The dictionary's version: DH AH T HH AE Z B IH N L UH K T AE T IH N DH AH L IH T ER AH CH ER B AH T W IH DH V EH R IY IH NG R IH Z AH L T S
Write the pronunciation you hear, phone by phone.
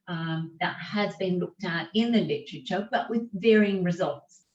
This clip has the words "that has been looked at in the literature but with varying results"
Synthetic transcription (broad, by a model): DH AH T HH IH Z B IH N L UH K T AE T IH N DH AH L IH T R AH CH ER B AH T W IH DH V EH R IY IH NG R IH Z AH L T S